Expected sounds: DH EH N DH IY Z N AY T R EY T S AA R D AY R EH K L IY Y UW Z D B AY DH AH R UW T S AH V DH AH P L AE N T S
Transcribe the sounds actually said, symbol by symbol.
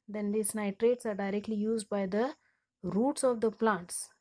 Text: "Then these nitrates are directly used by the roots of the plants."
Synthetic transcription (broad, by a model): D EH N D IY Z N AY T R EY T S AA R D AY R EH K L IY Y UW Z D B AY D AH R UW T S AH V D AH P L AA N T S